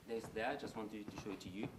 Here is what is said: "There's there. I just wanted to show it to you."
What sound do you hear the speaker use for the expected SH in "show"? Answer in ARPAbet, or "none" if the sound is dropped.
SH